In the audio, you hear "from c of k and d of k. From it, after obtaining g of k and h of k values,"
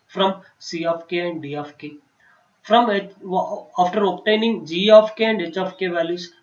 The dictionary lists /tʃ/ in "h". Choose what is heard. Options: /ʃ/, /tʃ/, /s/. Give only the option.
/tʃ/